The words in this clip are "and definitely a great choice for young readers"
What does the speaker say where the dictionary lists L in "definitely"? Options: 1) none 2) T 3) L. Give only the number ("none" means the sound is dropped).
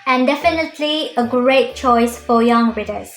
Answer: 3